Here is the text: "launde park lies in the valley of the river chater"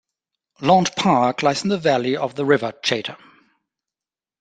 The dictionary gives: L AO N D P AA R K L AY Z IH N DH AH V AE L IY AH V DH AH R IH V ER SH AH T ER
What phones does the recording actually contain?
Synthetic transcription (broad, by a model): L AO N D P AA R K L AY S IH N DH AH V AE L IY AH V DH AH R IH V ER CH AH T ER